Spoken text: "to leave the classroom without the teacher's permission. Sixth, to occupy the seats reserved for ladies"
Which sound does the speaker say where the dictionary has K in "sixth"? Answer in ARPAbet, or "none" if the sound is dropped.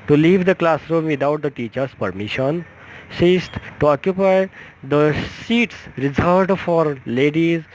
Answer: none